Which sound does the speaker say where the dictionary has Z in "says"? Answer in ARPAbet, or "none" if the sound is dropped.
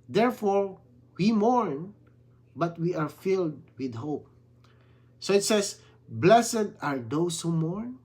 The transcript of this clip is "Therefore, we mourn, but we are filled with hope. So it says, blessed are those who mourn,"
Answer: S